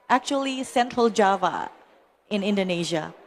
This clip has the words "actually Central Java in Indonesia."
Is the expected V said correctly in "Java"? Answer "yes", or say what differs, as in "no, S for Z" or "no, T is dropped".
yes